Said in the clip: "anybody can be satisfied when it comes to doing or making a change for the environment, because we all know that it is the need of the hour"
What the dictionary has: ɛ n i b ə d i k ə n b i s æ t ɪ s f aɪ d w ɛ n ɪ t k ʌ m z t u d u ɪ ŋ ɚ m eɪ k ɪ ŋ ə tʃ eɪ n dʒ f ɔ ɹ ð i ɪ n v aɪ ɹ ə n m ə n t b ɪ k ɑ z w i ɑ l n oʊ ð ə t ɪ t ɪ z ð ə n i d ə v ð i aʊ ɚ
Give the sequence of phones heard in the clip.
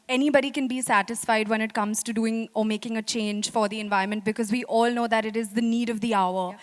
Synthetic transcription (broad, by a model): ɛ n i b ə d i k ə n b i s æ t ɪ s f aɪ d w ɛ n ɪ t k ʌ m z t u d u ɪ ŋ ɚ m eɪ k ɪ ŋ ə tʃ eɪ n dʒ f ɔ ɹ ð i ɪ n v aɪ ə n m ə n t b ɪ k ɑ z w i ɑ l n oʊ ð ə t ɪ t ɪ z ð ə n i d ə v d i aʊ ɚ